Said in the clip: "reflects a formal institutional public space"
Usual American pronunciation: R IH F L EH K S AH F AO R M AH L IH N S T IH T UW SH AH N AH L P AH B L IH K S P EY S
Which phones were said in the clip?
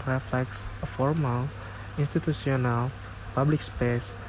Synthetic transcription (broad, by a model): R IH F L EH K S AH F AO R M AH L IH N S T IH T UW S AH N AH L P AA B L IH K S P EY S